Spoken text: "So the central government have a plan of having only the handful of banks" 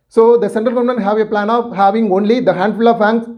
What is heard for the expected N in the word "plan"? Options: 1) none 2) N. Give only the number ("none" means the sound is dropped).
2